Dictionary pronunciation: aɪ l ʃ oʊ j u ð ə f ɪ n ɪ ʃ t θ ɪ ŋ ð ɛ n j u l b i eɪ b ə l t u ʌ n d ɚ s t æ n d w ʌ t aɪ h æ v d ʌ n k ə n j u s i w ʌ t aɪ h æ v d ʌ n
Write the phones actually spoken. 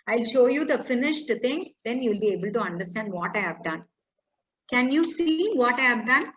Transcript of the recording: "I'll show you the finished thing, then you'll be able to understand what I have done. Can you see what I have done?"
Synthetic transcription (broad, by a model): aɪ l ʃ oʊ j u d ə f ɪ n ɪ ʃ t t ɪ ŋ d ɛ n j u l b i eɪ b ə l t u ʌ n d ɚ s t æ n d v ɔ t aɪ h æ v d ʌ n k ə n j u s i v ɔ t aɪ h æ v d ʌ n